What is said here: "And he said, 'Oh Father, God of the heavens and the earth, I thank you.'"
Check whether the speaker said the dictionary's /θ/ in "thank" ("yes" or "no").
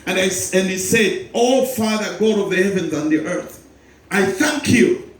yes